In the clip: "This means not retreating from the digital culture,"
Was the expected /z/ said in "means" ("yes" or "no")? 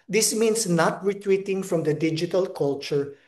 no